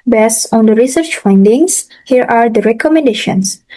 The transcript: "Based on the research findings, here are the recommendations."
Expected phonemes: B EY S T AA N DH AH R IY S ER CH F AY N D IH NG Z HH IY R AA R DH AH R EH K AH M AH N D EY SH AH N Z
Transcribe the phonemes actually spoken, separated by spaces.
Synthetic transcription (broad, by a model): B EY S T AA N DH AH R IY S ER CH F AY N D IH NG S HH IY R AA R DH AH R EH K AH M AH N D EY SH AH N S